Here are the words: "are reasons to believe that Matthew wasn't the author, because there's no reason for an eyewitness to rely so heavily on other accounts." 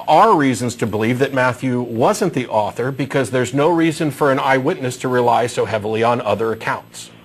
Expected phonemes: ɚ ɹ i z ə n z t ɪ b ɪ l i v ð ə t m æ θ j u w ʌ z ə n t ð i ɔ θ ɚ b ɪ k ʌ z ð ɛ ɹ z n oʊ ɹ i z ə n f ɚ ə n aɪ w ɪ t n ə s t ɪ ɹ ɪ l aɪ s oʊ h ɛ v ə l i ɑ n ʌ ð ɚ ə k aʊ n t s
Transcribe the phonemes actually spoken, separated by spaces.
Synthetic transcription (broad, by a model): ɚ ɹ i z ə n z t ɪ b ɪ l i v ð ə t m æ θ j u w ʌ z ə n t ð i ɔ θ ɚ b ɪ k ʌ z ð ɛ ɹ z n oʊ ɹ i z ə n f ɚ ə n aɪ w ɪ t n ə s t ɪ ɹ ɪ l aɪ s oʊ h ɛ v l i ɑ n ʌ ð ɚ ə k aʊ n t s